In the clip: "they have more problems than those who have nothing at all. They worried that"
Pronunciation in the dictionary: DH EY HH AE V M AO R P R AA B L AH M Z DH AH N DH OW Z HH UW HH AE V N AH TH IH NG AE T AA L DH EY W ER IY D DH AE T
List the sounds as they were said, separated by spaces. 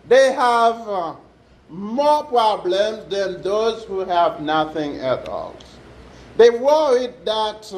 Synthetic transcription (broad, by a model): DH EY HH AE V M AO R P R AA B L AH M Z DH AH N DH OW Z HH UW HH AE V N AH TH IH NG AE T AA L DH EY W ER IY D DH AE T